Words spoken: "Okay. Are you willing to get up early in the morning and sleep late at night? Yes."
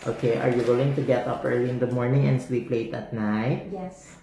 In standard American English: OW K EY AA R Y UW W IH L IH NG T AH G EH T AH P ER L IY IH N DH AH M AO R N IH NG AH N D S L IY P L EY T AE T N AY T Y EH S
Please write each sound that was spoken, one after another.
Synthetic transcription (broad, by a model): OW K EY AA R Y UW W IH L IH NG T AH G EH T AH P ER L IY IH N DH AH M AO R N IH NG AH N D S W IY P L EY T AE T N AY T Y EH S